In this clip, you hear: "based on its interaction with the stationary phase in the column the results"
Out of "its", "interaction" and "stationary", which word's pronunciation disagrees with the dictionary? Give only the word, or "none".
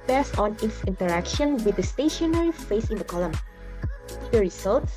none